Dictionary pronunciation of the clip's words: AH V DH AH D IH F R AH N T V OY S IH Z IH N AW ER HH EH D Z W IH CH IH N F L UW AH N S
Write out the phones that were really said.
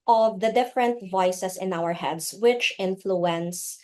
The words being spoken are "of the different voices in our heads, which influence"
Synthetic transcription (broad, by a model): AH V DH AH D IH F R AH N T V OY S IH S IH N AW ER HH EH D S W IH CH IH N F L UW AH N S